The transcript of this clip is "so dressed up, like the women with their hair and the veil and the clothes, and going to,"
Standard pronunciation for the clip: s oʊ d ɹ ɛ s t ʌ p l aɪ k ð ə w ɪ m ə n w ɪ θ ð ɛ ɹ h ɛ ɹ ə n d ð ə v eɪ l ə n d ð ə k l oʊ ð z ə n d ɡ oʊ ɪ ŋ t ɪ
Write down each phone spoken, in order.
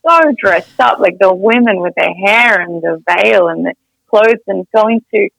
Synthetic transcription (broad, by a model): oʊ d ɹ ɛ s t ʌ p l aɪ k ð ə w ɪ m ə n w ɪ ð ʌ ɹ h ɛ ɹ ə n ð ə v eɪ l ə n ð ə k l oʊ ð z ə n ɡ oʊ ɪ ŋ t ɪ